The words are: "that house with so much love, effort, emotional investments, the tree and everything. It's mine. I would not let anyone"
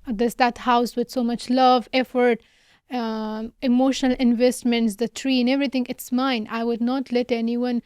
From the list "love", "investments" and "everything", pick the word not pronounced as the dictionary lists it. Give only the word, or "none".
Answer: everything